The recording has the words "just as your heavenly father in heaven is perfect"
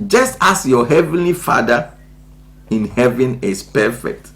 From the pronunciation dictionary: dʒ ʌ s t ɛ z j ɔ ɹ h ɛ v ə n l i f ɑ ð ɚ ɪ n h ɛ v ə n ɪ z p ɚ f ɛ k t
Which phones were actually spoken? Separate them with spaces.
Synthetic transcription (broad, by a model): dʒ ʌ s t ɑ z j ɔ h ɛ v ə n l i f ɑ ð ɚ ɪ n h ɛ v ə n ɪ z p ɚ f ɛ k t